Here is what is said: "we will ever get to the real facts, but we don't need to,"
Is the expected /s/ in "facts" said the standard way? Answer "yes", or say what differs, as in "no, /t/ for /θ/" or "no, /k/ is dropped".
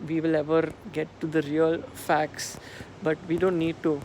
yes